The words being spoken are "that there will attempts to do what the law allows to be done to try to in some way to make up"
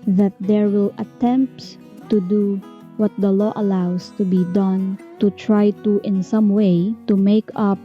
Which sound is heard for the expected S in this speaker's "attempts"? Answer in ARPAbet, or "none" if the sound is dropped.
none